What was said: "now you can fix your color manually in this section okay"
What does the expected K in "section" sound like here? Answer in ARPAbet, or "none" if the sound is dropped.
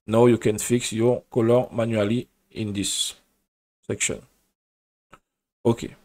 K